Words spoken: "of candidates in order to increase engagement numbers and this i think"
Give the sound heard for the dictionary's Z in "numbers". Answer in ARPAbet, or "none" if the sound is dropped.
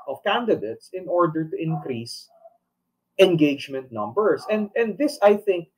S